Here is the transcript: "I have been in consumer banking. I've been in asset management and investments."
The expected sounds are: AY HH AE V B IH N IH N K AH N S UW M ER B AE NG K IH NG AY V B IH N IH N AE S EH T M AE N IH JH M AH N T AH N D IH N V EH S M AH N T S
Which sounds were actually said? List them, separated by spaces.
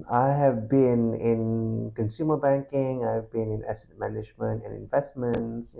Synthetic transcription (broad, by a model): AY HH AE V B IH N IH N K AH N S UW M ER B AE NG K IH NG AY V B IH N IH N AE S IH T M AE N IH JH M AH N T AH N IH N V EH S M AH N T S